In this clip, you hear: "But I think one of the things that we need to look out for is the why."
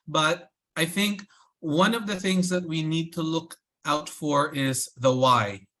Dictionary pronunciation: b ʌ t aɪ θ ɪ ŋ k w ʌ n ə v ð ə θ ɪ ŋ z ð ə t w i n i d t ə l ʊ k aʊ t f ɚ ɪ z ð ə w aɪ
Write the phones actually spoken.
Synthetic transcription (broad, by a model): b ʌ t aɪ θ ɪ ŋ k w ʌ n ə v ð ə θ ɪ ŋ z ð ə t w i n i d t ə l ʊ k aʊ t f ɚ ɪ z ð ə w aɪ